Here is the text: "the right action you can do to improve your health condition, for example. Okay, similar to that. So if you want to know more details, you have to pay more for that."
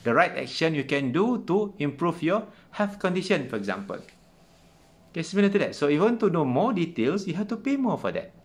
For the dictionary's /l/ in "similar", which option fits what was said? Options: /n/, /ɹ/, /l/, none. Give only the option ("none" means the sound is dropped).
/n/